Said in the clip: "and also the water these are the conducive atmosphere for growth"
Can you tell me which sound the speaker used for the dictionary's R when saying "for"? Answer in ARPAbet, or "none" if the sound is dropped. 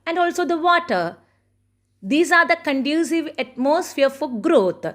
L